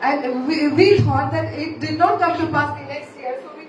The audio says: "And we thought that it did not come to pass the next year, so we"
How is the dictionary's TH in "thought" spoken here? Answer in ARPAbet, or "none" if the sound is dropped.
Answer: T